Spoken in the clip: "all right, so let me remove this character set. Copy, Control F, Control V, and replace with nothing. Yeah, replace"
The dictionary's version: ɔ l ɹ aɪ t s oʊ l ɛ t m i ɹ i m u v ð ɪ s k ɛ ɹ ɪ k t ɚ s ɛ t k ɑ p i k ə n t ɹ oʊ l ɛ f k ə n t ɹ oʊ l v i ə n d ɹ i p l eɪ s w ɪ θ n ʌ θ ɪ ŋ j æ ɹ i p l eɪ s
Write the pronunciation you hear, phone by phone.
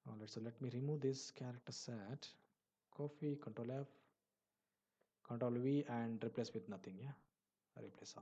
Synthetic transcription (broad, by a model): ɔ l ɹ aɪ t s oʊ l ɛ t m i ɹ i m u v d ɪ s k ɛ ɹ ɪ k t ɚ s ɛ t k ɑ f i k ə n t ɹ oʊ l ɛ f k ə n t ɹ oʊ l v i ə n d ɹ i p l eɪ s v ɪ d n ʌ t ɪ ŋ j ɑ ɹ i p l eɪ s